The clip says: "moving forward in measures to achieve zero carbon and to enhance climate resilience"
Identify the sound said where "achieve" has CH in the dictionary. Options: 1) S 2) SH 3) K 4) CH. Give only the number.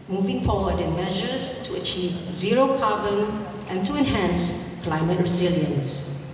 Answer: 4